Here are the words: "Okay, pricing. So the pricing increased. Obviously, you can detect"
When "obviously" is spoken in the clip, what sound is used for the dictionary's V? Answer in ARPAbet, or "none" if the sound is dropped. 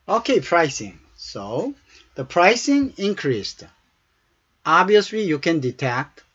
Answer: none